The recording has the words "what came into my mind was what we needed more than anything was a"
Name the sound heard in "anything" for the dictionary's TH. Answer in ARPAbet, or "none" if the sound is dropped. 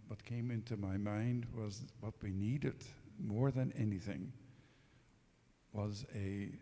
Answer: TH